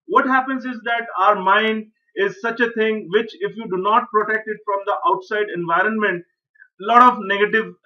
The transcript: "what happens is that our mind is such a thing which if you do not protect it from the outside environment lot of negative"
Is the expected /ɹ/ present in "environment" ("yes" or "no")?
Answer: yes